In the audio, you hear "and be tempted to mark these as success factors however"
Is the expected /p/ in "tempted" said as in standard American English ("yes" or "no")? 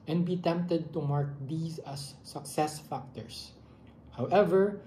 yes